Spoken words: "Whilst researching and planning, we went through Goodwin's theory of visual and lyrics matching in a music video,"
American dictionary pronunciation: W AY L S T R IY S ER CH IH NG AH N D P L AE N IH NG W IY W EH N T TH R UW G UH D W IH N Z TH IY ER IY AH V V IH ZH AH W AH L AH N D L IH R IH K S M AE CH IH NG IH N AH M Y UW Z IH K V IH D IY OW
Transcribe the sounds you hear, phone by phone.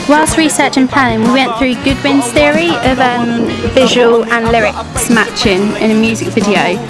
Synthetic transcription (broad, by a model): W AY L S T R IY S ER CH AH N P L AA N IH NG W IY W EH N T TH R UW G UH D W IH N Z TH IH ER IY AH V V IH ZH AH W AH L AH N L IH R IH K S M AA CH IH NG IH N AH M Y UW Z IH K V IH D IY OW